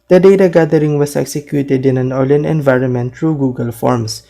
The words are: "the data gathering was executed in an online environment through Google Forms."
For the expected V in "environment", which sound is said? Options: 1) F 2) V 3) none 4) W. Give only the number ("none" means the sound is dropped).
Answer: 2